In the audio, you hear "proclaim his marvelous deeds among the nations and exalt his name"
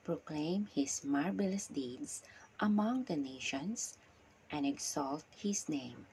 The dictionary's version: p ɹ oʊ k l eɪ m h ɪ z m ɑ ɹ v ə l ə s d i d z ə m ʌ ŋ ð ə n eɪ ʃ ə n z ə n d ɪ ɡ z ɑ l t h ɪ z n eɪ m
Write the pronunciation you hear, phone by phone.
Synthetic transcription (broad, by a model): p ɹ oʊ k l eɪ m h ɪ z m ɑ ɹ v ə l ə s d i d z ə m ʌ ŋ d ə n eɪ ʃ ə n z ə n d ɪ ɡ s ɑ l t h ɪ s n eɪ m